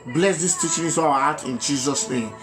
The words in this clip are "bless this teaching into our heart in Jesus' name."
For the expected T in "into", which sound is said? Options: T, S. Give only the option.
S